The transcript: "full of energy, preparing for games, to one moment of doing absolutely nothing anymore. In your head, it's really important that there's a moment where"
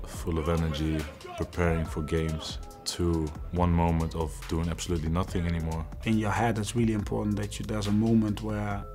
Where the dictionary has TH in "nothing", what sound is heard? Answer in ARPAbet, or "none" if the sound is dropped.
TH